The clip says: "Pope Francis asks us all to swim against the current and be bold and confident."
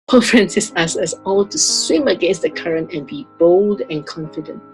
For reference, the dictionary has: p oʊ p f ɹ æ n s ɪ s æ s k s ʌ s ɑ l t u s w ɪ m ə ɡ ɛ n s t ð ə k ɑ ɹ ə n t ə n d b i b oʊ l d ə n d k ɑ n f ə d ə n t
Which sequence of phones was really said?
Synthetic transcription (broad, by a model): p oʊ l f ɹ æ n s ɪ s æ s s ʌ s ɑ l t u s w ɪ m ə ɡ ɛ n s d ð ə k ɑ ɹ ə n t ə n b i b oʊ l d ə n k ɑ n f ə d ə n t